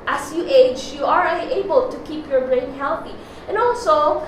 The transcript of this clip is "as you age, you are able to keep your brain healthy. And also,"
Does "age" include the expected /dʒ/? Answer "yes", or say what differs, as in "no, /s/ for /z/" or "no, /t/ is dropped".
yes